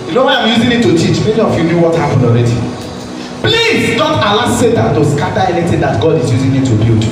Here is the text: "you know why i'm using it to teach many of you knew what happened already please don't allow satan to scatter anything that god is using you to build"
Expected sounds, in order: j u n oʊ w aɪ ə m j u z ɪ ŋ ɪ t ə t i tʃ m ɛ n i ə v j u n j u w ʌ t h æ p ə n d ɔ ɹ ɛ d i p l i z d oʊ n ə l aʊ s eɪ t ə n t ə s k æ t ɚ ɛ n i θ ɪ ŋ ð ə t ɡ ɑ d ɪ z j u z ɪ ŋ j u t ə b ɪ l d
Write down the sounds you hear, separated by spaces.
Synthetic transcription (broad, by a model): j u n oʊ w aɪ ə m j u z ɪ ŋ ɪ t ə t i tʃ m ɛ n i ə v j u n j u w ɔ t h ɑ p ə n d ɔ ɹ ɛ d i p l i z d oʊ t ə l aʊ s eɪ t ə n t ə s k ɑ t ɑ ɛ n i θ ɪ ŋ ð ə t ɡ ɑ d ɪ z j u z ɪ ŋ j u t ə b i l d